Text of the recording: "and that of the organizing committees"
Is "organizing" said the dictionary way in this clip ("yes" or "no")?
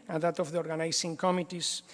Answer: no